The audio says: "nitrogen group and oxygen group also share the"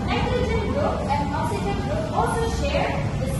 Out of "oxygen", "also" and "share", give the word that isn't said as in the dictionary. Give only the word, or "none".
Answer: oxygen